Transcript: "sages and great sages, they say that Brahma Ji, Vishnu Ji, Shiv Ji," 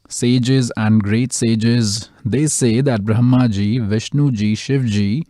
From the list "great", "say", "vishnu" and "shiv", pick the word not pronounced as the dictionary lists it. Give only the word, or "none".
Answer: none